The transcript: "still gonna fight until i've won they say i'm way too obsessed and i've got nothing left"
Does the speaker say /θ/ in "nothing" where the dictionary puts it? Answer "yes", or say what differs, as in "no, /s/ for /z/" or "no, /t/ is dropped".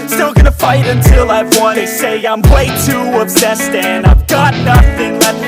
yes